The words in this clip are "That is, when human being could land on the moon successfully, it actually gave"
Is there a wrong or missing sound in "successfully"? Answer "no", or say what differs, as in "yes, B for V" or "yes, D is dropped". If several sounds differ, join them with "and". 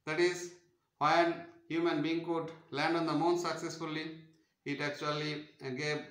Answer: no